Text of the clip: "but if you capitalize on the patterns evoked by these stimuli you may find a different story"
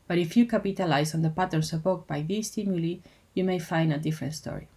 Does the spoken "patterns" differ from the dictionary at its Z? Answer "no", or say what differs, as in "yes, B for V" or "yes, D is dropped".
yes, S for Z